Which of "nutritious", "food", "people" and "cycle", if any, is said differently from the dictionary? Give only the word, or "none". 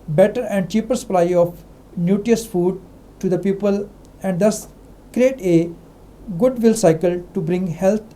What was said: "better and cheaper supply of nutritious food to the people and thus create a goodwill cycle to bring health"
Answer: nutritious